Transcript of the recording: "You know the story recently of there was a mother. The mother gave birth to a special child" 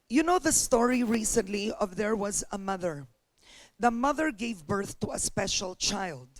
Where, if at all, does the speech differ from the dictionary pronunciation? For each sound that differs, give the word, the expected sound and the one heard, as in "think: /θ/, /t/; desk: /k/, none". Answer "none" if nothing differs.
none